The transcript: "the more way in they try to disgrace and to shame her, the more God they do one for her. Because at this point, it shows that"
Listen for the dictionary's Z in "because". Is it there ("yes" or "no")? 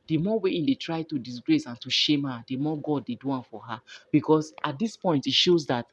no